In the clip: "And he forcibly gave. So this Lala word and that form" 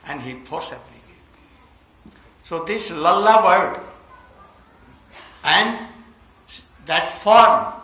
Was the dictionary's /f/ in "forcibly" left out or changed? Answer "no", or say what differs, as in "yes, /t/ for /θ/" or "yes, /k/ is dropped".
yes, /p/ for /f/